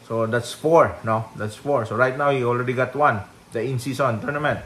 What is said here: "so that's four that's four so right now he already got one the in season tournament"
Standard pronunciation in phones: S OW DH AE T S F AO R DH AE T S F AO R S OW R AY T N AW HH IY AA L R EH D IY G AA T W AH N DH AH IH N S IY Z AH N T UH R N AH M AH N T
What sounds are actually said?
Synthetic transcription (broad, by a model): S OW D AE T S F AO R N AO T S F AO R S OW R AY T N AW HH IY AA L R EH D IY G AA T W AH N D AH IH N S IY S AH N T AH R N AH M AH N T